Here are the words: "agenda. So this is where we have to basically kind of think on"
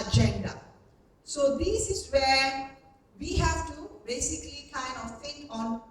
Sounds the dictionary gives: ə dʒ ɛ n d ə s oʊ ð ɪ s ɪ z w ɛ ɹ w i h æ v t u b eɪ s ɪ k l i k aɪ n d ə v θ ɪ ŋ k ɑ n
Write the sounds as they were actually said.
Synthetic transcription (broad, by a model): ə dʒ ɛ n d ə s oʊ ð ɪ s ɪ s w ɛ w i h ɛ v t u b eɪ s ɪ k l i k aɪ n ə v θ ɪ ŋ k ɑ n